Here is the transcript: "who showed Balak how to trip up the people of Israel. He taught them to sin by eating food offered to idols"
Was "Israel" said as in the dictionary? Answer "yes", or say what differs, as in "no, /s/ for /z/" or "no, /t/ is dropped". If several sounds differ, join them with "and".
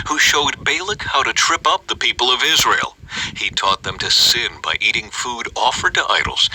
yes